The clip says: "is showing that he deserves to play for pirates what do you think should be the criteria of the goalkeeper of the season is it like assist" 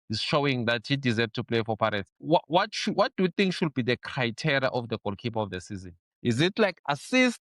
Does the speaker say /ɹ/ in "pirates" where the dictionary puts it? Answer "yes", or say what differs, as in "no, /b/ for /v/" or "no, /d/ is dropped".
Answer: no, /w/ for /ɹ/